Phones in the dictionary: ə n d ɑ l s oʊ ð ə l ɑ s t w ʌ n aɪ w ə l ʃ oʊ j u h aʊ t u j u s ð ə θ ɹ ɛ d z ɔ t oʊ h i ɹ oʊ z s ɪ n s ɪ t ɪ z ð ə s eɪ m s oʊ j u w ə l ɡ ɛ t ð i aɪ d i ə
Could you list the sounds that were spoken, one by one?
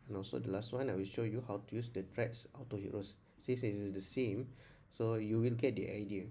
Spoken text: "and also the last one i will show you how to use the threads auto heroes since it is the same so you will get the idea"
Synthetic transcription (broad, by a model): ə n ɑ l s oʊ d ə l ɑ s t w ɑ n aɪ w ə l ʃ oʊ j u h aʊ t u j u s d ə t ɹ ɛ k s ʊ t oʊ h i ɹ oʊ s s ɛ s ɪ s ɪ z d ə s eɪ m s oʊ j u w ə l ɡ ɛ t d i aɪ d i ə